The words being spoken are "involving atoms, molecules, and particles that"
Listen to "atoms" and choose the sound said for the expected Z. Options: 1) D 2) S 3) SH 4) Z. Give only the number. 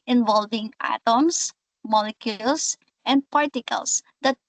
2